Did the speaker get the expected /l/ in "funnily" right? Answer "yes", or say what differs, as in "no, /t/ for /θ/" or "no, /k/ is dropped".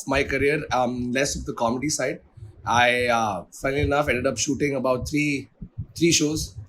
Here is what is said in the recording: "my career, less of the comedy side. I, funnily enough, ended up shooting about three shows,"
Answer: no, /n/ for /l/